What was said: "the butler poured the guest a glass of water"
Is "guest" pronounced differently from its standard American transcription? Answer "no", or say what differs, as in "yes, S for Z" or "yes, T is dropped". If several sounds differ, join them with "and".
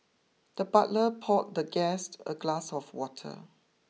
no